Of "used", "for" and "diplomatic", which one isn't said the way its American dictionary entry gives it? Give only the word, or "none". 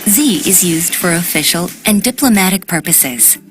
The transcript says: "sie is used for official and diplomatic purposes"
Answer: none